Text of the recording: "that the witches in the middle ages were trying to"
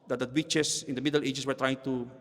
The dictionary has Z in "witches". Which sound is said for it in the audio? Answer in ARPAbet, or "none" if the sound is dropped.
S